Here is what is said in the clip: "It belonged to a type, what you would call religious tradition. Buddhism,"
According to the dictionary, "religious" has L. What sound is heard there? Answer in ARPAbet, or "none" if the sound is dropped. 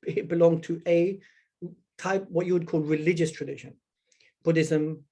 L